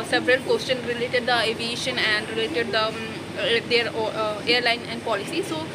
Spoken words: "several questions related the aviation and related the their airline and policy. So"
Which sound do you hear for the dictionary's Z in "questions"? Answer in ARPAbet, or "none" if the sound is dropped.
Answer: none